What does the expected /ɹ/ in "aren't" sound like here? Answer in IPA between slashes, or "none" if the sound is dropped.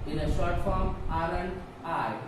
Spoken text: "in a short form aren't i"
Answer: /l/